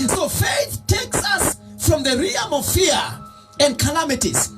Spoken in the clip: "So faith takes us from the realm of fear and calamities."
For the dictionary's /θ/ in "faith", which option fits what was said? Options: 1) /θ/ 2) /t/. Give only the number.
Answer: 1